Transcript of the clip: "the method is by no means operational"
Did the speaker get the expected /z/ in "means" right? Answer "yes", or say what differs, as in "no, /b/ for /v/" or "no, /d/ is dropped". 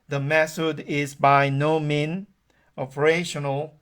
no, /z/ is dropped